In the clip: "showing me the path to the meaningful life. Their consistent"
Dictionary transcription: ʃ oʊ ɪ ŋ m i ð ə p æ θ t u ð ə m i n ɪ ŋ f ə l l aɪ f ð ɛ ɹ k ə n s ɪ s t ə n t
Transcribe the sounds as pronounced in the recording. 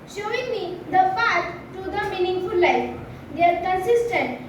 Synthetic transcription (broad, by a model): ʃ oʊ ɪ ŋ m i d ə f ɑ t t u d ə m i n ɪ ŋ f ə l l aɪ f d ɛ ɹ k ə n s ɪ s t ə n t